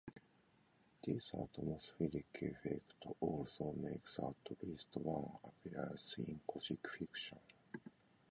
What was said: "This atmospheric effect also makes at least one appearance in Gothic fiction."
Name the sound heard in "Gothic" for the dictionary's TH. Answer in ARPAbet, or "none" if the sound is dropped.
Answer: S